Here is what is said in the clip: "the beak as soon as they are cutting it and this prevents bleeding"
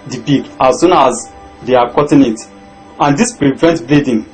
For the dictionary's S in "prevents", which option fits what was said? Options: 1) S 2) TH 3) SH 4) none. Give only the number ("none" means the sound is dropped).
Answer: 4